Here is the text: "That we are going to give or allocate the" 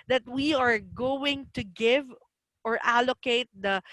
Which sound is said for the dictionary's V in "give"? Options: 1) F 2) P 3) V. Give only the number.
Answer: 3